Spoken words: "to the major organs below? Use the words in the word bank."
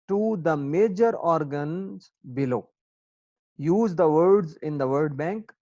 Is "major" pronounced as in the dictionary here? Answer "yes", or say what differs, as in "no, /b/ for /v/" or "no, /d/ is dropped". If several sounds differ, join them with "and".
yes